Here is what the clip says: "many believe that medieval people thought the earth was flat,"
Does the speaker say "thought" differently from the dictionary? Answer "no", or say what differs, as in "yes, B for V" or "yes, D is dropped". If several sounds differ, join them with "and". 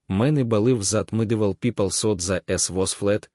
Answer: yes, S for TH